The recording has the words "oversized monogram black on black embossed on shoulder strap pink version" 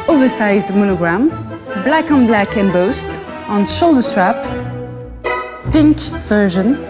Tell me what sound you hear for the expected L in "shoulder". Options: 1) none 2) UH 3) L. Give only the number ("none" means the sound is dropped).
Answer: 3